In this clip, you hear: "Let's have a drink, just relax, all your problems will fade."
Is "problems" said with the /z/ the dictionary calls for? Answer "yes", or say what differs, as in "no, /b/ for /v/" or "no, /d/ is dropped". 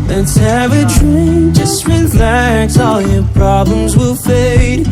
yes